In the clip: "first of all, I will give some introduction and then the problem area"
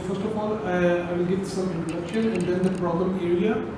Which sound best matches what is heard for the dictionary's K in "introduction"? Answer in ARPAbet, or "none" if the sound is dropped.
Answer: K